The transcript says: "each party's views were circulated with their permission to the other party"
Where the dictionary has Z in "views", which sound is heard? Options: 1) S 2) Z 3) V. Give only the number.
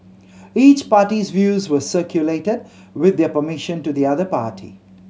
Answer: 2